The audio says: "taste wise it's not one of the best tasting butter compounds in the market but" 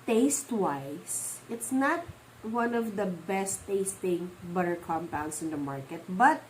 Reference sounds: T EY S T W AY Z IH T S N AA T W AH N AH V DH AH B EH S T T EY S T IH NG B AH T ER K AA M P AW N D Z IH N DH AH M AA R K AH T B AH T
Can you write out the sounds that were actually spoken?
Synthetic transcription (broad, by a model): T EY S T W AY S IH T S N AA T W AH N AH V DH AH B EH S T T EY S T IH NG B AH T ER K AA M P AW N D S IH N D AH M AA R K AH T B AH T